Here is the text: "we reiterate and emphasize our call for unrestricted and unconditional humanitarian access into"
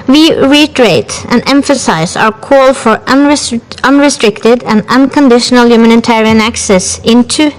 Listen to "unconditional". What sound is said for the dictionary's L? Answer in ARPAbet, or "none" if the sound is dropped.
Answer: L